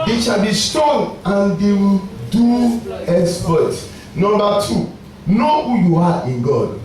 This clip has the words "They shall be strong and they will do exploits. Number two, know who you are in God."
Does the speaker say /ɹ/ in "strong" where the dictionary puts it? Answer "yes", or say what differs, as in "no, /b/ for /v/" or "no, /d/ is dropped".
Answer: no, /ɹ/ is dropped